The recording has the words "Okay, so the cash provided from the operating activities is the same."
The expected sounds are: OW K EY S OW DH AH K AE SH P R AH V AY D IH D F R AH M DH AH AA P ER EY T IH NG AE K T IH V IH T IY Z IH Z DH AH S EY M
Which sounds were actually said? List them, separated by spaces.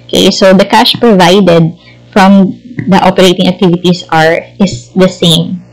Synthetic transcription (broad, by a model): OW K EY S OW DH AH K AE SH P R AH V AY D IH D F R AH M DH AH AA P ER EY T IH NG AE K T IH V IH T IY S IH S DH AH S EY M